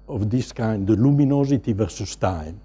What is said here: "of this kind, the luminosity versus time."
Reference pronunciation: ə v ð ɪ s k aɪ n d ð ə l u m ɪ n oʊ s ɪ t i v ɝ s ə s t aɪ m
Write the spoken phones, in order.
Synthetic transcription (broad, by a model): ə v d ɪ s k aɪ n d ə l u m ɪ n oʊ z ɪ t i v ɝ s ə s t aɪ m